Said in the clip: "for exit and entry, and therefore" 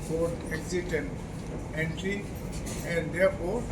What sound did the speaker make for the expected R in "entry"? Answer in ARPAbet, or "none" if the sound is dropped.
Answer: R